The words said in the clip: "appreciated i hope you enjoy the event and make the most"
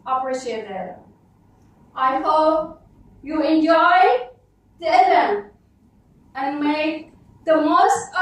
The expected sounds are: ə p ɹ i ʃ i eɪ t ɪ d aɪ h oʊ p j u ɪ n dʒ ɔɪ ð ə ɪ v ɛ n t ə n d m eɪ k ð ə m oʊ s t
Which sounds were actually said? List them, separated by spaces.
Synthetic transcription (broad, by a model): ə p ɹ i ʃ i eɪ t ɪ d aɪ h oʊ p j u ɪ n dʒ ɔɪ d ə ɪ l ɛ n ə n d m eɪ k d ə m oʊ s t